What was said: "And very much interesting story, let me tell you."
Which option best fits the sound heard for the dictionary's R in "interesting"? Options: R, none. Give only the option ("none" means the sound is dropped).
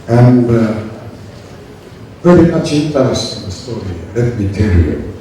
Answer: none